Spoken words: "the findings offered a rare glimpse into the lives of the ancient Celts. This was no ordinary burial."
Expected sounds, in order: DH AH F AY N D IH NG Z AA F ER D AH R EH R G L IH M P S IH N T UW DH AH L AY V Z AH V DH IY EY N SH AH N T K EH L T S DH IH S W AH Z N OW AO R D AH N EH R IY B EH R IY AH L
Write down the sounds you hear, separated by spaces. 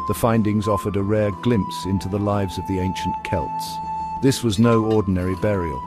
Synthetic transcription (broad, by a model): DH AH F AY N D IH NG Z AA F ER D AH R EH R G L IH M P S IH N T UW DH AH L AY V Z AH V DH IY EY N SH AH N K EH L T S DH IH S W AH Z N OW AO R D N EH R IY B EH R IY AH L